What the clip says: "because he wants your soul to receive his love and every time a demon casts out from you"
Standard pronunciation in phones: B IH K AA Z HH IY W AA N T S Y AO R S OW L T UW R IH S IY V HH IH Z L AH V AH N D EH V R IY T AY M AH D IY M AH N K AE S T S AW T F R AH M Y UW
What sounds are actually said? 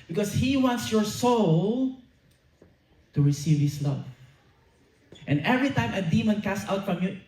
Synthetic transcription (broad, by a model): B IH K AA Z HH IY W AA N T S Y AO R S OW L T UW R IH S IY V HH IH S L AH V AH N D EH V R IY T AY M AH D IY M AH N K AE S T AW T F R AH M Y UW